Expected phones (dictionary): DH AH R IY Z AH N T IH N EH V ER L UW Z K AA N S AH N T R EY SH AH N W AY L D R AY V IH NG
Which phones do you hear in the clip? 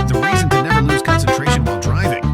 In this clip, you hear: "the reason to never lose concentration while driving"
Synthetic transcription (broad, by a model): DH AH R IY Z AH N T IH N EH ER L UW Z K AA N S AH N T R EY SH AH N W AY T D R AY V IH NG